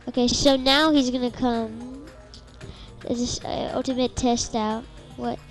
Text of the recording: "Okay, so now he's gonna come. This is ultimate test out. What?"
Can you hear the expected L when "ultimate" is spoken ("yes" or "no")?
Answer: yes